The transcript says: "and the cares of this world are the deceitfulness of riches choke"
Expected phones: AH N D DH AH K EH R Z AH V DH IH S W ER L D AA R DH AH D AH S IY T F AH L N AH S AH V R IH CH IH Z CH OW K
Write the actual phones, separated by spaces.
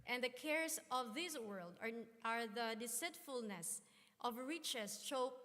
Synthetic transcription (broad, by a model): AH N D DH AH K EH R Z AH V DH IH S W ER L D AA R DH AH D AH S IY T F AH L N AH S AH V R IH CH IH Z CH OW